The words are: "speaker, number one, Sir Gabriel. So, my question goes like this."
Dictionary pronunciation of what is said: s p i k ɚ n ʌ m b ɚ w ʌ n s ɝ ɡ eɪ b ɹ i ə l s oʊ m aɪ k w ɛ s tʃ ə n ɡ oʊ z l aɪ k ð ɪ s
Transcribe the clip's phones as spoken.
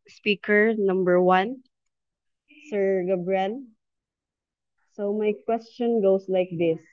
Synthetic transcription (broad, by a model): s p i k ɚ n ʌ m b ɚ w ʌ n s ɝ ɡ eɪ b ɹ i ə n s oʊ m aɪ k w ɛ s tʃ ə n ɡ oʊ s l aɪ k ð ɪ s